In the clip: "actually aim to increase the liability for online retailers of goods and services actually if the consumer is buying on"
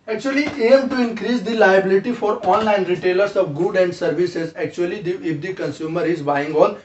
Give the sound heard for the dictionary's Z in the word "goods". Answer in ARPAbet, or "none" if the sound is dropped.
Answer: none